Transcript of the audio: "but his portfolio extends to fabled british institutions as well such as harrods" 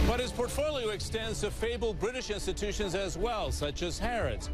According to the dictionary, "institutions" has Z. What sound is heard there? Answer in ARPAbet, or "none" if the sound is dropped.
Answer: Z